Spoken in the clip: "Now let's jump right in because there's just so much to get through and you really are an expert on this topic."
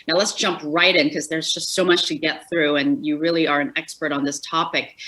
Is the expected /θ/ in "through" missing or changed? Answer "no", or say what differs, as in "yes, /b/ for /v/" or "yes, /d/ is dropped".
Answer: no